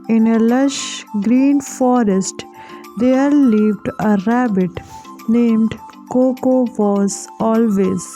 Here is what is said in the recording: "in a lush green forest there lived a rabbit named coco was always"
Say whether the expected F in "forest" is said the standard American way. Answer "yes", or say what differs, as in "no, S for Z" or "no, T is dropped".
yes